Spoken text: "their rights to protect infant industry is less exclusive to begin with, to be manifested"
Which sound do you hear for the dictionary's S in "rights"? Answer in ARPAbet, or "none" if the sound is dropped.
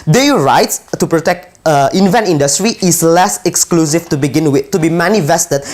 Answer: S